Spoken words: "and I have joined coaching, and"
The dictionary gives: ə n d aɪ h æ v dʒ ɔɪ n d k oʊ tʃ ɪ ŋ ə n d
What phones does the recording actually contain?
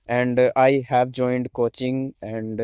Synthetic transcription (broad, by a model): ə n d aɪ h æ v dʒ ɔɪ n d k oʊ tʃ ɪ ŋ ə n d